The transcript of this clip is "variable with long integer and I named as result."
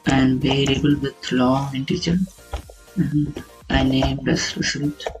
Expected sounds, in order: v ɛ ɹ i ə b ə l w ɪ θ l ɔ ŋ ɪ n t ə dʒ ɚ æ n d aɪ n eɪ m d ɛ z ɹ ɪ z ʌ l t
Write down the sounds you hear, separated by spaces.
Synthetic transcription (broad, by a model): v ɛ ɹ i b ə l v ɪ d l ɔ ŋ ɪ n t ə tʃ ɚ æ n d aɪ n eɪ m d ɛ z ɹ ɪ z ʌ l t